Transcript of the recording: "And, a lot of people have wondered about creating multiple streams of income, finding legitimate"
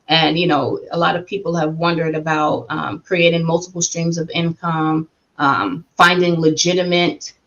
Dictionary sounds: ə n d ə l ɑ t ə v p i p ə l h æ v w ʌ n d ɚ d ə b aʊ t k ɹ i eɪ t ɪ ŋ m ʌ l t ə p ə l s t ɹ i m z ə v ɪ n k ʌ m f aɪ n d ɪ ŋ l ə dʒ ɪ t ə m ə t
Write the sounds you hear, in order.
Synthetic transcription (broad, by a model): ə n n ə l ɑ t ə v p i p l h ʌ v w ʌ n d ɚ d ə b aʊ t k ɹ i eɪ t ɪ ŋ m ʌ l t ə p l s t ɹ i m z ə v ɪ n k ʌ m f aɪ n d ɪ ŋ l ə dʒ ɪ t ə m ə t